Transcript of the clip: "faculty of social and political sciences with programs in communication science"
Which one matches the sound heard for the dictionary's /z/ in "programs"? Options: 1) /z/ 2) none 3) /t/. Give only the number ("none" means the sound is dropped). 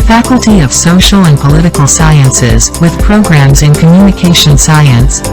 1